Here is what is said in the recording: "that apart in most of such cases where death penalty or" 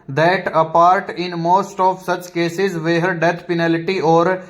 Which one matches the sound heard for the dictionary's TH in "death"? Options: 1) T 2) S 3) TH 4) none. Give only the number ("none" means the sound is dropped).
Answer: 1